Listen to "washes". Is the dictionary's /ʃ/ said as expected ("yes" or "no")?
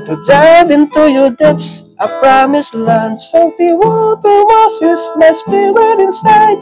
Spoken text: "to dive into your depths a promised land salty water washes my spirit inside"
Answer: no